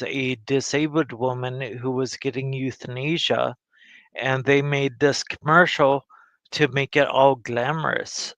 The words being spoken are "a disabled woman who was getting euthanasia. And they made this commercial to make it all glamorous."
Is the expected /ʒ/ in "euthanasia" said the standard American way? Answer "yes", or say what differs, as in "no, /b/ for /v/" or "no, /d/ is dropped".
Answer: yes